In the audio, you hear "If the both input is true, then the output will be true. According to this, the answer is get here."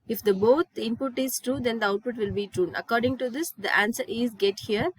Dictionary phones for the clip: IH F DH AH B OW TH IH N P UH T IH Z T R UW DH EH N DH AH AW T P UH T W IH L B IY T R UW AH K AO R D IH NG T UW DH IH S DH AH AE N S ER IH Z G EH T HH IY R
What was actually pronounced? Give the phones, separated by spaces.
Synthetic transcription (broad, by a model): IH F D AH B OW T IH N P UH T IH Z T R UW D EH N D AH AW T P UH T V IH L B IY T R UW AH K AO R D IH NG T UW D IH S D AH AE N S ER IH Z G EH T HH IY R